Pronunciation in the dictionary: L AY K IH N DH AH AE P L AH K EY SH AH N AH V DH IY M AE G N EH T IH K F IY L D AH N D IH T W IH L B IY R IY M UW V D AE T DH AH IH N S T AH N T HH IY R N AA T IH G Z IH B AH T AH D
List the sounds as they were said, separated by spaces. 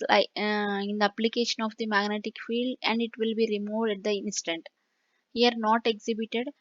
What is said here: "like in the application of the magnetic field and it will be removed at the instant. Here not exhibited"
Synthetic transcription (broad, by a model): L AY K IH N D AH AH P L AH K EY SH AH N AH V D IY M AE G N EH T IH K F IY L D AH N D IH T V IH L B IY R IY M UW V D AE T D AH IH N S T AH N T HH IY R N AA T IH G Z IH B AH T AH D